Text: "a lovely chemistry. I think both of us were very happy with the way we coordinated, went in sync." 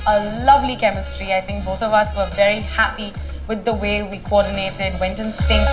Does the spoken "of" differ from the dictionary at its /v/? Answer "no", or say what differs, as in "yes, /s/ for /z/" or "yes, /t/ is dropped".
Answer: no